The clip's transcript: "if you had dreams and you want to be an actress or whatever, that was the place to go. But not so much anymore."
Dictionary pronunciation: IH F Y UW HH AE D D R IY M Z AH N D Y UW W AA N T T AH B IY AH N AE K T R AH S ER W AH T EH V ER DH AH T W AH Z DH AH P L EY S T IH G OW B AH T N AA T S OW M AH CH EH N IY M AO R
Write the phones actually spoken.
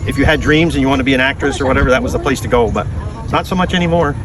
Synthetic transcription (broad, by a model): IH F Y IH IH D D R IY M Z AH N Y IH W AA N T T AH B IY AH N AE K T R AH S ER W AH T EH V ER DH AH T W AH Z DH AH P L EY S T IH G OW B AH T N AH T S OW M AH CH EH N IY M AO R